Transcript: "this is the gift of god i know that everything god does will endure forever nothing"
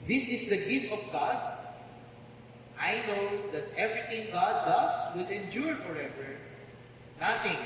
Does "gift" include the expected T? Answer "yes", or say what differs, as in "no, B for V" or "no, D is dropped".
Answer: yes